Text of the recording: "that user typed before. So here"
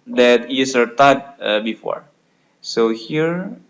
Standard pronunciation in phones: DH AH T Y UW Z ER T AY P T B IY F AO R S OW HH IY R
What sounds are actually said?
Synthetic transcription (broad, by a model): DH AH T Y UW S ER T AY T B IY F AO R S OW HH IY R